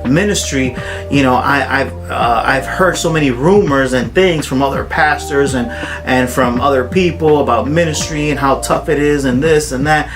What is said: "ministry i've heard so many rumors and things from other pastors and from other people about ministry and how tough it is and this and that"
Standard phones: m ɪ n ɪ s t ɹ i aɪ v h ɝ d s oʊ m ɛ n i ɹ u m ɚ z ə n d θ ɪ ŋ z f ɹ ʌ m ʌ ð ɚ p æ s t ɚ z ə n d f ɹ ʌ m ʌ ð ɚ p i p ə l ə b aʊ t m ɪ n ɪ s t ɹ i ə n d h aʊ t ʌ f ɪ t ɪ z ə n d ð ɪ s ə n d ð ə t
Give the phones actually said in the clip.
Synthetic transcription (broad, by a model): m ɪ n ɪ s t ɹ i aɪ v h ɝ d s oʊ m ɛ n i ɹ u m ɚ z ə n θ ɪ ŋ z f ɹ ʌ m ʌ ð ɚ p æ s t ɚ z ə n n f ɹ ʌ m ʌ ð ɚ p i p l ə b aʊ t m ɪ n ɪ s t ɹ i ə n h aʊ t ʌ f ɪ t ɪ z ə n ð ɪ s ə n ð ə t